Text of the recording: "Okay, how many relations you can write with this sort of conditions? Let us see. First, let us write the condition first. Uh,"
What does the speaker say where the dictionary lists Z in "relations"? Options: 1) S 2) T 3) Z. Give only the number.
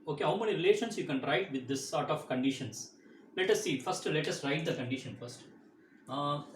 1